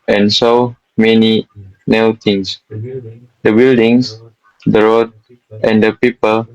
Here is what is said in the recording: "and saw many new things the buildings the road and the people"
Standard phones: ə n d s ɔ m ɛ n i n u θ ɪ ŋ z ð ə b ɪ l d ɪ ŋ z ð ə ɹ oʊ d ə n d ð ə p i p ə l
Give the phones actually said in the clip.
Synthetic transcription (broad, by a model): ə n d s ɔ m ɛ n i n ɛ t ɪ ŋ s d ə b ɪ l d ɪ ŋ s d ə ɹ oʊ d ə n d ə p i p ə l